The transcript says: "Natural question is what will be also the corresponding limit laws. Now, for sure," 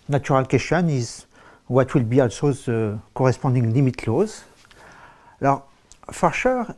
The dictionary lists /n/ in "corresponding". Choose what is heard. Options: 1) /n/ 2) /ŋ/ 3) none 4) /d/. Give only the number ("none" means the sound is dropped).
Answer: 3